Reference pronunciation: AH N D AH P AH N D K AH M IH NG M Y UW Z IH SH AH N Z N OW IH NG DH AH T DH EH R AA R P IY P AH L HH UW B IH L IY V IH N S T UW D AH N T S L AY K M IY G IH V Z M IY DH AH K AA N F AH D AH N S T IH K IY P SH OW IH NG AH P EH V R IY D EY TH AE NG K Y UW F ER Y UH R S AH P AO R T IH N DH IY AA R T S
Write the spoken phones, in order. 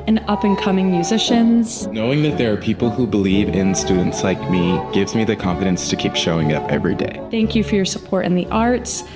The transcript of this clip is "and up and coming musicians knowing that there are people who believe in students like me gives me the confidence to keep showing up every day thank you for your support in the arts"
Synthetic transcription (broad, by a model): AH N AH P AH N K AH M IH NG M Y UW Z IH SH AH N Z N OW IH NG DH AH T DH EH R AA R P IY P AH L HH UW B IH L IY V IH N S T UW D N T S L AY K M IY G IH V Z M IY DH AH K AA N F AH D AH N S T IH K IY P SH OW IH NG AH P EH V R IY D EY TH AE NG K Y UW F ER Y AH R S AH P AO R T IH N DH IY AA R T S